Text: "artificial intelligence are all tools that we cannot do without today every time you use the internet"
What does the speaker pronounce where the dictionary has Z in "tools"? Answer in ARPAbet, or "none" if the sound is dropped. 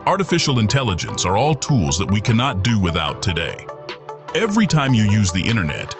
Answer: Z